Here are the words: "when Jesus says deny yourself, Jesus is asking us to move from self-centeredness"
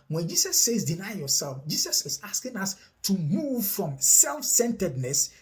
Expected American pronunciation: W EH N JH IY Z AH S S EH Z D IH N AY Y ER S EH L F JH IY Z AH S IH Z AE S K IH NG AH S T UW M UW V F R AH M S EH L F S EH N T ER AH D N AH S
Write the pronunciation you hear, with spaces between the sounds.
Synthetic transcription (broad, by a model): W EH N JH IY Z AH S S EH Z D IH N AY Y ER S EH L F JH IY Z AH S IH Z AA S K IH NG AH S T UW M UW V F R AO M S EH L F S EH N T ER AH D N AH S